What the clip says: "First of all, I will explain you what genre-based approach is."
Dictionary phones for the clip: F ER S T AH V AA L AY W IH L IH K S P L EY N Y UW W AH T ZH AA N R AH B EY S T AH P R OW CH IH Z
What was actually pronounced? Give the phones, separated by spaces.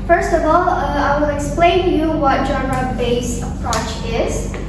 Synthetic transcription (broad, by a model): F ER S T AH V AA L AY W IH L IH K S P L EY N Y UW W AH T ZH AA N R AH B EY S AH P R OW CH IH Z